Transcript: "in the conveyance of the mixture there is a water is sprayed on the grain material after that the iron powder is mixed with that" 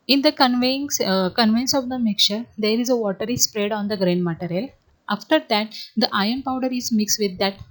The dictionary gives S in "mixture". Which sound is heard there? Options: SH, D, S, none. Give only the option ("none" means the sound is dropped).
none